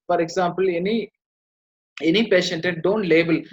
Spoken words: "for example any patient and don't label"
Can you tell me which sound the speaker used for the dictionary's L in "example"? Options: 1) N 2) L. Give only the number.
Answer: 1